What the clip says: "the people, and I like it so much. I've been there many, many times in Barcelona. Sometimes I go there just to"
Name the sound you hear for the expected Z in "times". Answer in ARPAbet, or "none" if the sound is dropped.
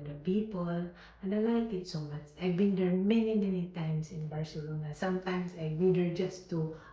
S